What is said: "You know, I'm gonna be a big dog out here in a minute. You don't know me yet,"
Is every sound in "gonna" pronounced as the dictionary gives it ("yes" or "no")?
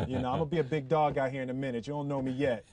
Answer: no